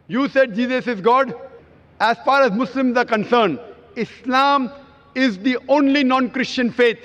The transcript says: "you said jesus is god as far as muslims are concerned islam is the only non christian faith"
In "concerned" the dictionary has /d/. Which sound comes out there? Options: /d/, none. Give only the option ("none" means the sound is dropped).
none